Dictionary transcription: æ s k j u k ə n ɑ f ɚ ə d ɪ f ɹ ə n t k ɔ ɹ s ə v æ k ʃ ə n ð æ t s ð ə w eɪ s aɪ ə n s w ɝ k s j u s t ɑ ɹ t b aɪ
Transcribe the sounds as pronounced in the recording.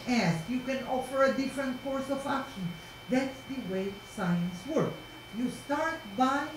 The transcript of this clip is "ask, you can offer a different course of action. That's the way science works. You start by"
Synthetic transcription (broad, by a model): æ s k j u k ə n ɑ f ɚ ə d ɪ f ɹ ə n t k ɔ ɹ s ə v æ k ʃ ə n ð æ t s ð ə w eɪ s aɪ ə n s w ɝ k j u s t ɑ ɹ t b aɪ